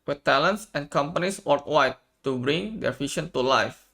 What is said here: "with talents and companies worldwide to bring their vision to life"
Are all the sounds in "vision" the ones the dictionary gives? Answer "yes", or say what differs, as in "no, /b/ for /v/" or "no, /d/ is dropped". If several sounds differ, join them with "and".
no, /ʃ/ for /ʒ/